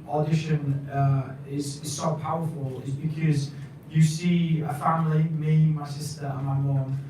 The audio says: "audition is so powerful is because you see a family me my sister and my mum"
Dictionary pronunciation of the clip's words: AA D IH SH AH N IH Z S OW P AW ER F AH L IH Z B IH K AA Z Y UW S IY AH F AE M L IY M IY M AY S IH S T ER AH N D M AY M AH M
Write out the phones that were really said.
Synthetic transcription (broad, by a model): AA D IH SH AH N IH Z S OW P AW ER F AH L IH Z B IH K AA Z Y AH S IY AH F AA M L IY M IY M AY S IH S T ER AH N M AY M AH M